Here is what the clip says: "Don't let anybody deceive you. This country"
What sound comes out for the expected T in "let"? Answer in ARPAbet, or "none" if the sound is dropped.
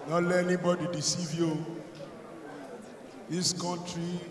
none